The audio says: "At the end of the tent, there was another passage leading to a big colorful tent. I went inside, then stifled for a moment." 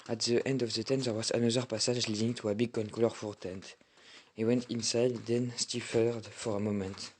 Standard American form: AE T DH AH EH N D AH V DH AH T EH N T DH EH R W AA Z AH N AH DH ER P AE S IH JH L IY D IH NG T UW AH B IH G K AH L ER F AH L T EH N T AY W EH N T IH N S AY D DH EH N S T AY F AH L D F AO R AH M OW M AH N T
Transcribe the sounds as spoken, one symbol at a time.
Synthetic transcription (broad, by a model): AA T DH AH EH N D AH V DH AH T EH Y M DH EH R W AA Z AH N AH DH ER P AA S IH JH L IY D IH NG T UW AH B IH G K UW L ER F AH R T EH N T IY W EH N T IH N S AY D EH N S T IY F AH D F AO R AH M OW M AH N T